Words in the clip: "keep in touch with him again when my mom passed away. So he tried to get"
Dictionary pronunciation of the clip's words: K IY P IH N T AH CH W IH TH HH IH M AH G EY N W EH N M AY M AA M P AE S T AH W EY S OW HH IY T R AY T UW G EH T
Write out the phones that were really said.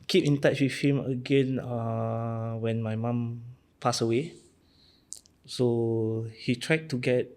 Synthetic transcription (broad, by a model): K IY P IH N T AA CH W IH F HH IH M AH G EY N W EH N M AY M AA M P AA S AH W EY S OW HH IY T R AY T UW G EH T